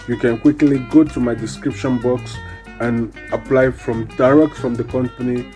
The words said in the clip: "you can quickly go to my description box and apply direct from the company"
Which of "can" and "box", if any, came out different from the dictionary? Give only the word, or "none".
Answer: none